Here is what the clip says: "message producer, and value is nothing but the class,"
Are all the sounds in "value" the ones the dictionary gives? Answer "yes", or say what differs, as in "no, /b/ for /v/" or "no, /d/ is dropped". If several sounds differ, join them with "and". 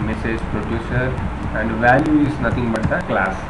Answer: yes